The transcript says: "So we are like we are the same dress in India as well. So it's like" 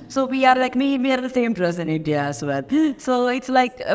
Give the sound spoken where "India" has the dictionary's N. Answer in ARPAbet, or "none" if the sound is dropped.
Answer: none